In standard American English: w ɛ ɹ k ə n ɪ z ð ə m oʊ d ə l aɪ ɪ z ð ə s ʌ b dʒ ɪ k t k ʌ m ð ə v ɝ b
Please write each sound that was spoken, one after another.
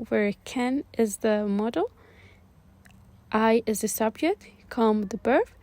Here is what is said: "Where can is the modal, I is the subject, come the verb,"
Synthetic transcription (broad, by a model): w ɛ ɹ k ə n ɪ z ð ə m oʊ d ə l aɪ ɪ z ð ə s ʌ b dʒ ɪ k t k ʌ m ð ə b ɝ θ